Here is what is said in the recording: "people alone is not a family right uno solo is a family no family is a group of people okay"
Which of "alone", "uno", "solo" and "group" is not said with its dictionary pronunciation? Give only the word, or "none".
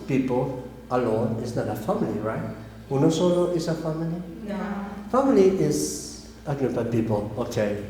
group